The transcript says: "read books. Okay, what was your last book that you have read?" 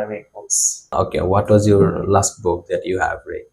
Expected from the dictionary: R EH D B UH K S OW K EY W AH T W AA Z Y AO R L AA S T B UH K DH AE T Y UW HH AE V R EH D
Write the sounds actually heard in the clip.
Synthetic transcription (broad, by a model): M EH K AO S OW K EY W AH T W AA Z Y AO R L AA S T B UH K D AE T Y UW HH AE V R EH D